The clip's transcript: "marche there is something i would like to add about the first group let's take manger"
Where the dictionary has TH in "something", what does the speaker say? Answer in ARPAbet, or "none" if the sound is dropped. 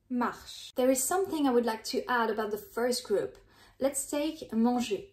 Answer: TH